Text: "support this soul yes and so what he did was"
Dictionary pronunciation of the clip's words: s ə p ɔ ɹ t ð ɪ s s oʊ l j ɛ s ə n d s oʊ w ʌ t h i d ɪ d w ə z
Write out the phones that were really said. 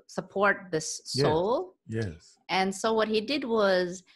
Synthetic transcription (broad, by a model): s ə p ɔ ɹ t ð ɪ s s oʊ l j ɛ ə n s oʊ w ʌ t h i d ɪ d w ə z